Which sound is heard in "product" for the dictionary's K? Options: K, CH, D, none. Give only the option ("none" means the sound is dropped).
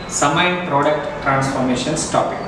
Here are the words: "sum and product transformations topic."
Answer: K